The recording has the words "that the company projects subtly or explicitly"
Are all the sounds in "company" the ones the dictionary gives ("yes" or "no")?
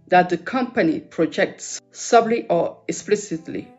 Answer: yes